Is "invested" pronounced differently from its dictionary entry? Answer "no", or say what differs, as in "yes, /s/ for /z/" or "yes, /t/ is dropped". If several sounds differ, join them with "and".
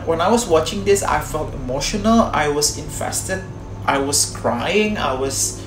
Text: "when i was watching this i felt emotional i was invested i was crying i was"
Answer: yes, /f/ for /v/